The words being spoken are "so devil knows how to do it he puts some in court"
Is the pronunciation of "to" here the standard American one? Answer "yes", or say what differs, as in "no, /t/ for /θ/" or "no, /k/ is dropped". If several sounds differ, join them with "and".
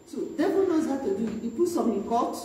yes